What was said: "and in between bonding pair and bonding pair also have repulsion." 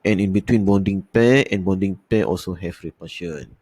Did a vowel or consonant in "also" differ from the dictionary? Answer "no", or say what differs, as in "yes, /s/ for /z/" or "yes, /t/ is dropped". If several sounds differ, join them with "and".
no